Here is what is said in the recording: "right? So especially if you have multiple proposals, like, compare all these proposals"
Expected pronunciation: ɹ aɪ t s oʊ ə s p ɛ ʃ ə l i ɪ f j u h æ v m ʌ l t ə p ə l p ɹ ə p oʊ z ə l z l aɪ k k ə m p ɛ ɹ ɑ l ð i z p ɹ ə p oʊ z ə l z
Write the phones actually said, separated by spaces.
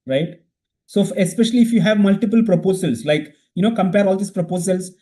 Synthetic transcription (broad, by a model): ɹ aɪ t s oʊ ə s p ɛ ʃ ə l i ɪ f j u h æ v m ʌ l t ə p ə l p ɹ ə p oʊ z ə l s l aɪ k k ə m p ɛ ɹ ɑ l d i s p ɹ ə p oʊ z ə l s